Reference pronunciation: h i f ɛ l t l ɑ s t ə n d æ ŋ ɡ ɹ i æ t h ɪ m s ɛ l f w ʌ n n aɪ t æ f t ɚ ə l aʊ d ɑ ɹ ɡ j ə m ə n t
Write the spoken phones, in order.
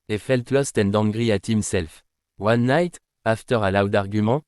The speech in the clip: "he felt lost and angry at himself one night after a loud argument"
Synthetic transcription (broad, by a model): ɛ f ɛ l t l ɑ s t ə n d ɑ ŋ ɡ ɹ i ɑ t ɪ m s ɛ l f w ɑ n n aɪ t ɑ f t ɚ ə l aʊ d ɑ ɹ ɡ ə m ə